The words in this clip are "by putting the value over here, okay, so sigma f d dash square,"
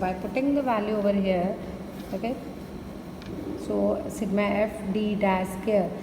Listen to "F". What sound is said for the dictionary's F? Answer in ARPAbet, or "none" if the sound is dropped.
F